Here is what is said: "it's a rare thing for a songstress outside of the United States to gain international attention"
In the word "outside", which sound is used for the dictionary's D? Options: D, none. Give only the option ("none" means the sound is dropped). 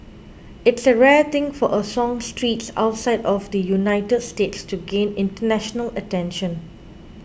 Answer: D